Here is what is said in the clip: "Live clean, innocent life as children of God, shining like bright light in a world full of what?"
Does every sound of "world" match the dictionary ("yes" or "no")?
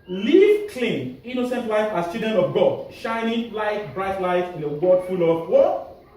no